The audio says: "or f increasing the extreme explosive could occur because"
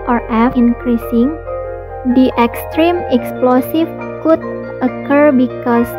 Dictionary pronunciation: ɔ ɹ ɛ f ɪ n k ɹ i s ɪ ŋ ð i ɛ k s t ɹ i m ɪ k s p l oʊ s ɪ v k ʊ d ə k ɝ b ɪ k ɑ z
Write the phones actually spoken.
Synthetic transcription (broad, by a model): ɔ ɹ ɛ f ɪ n k ɹ i s ɪ ŋ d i ɛ k s t ɹ i m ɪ k s p l oʊ s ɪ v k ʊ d ə k ɝ b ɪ k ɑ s